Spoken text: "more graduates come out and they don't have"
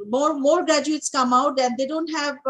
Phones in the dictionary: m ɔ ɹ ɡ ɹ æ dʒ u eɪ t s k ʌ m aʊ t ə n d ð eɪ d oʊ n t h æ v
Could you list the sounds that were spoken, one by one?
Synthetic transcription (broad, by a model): m ɔ ɹ ɡ ɹ æ dʒ u eɪ t s k ʌ m aʊ t ə n d eɪ d oʊ n t h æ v